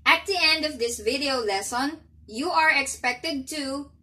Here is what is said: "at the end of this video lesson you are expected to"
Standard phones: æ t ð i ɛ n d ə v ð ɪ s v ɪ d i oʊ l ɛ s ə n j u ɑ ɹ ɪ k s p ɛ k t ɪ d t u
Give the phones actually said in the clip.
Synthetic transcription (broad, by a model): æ t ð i ɛ n d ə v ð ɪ s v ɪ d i oʊ l ɛ s ə n j u ɑ ɹ ɪ k s p ɛ k t ɪ d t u